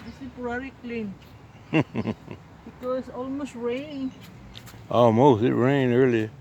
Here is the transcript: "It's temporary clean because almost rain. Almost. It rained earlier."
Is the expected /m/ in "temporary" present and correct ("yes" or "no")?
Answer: no